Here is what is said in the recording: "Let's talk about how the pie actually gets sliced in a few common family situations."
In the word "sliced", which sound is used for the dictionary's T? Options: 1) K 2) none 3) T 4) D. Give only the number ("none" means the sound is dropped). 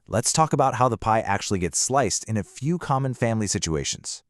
3